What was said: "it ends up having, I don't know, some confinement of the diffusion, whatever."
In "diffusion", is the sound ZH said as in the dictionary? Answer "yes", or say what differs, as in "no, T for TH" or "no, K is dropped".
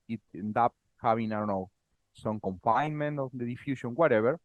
no, SH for ZH